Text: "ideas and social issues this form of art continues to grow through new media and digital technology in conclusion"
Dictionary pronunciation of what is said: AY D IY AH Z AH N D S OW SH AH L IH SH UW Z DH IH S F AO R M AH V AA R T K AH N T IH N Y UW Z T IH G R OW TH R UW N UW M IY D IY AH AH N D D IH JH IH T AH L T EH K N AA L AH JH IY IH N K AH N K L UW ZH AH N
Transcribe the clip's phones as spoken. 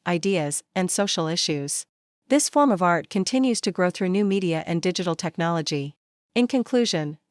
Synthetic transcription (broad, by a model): AY D IY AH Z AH N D S OW SH L IH SH UW Z DH IH S F AO R M AH V AA R T K AH N T IH N Y UW Z T IH G R OW TH R UW N UW M IY D IY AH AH N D D IH JH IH T L T EH K N AA L AH JH IY IH N K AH N K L UW ZH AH N